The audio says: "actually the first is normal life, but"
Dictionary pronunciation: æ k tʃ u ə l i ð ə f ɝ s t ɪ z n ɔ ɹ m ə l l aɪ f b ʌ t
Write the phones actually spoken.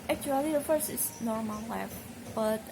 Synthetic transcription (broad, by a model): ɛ k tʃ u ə l i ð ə f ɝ s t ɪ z n ɔ ɹ m ə l w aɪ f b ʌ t